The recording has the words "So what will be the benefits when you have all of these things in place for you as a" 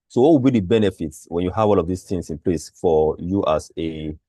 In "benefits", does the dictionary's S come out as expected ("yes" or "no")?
yes